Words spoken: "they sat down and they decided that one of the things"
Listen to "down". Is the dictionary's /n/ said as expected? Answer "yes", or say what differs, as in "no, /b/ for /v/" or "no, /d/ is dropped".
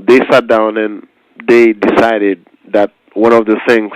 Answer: yes